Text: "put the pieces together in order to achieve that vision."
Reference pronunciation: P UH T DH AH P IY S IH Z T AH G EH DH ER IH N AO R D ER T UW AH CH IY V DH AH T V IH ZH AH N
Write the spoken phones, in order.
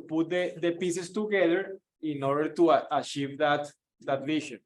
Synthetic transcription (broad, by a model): P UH T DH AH P IY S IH S T AH G EH DH ER IH N AO R D ER T UW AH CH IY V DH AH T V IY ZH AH N